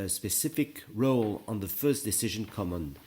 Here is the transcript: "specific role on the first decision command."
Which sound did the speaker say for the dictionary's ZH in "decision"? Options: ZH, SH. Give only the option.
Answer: ZH